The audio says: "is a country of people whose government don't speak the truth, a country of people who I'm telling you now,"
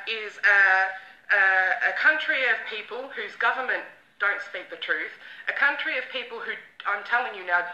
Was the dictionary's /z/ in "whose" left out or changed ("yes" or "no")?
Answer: no